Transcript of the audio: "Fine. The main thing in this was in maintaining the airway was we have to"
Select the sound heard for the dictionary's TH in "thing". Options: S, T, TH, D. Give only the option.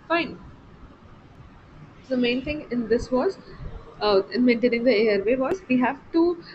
T